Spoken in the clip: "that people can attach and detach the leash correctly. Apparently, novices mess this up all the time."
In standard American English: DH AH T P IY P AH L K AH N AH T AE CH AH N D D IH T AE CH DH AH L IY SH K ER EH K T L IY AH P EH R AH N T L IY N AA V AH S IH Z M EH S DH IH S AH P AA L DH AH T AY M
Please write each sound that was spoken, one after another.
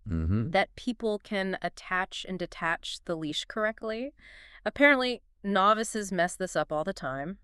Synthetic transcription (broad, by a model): DH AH T P IY P L K AH N AH T AE CH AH N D D IH T AE CH DH AH L IY SH K ER EH K T L IY AH P EH R AH N T L IY N AA V AH S IH Z M EH S DH IH S AH P AA L DH AH T AY M